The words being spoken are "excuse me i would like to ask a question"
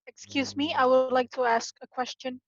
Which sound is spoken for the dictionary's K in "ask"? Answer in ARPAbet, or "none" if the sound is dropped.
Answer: K